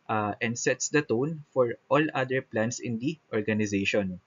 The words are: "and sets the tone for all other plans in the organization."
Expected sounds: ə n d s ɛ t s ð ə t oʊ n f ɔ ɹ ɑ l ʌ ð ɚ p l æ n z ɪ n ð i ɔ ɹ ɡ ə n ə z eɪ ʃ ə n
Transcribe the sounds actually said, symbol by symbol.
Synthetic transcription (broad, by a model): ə n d s ɛ t s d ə t oʊ n f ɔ ɹ ɑ l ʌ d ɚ p l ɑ n s ɪ n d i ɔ ɹ ɡ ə n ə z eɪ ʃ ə n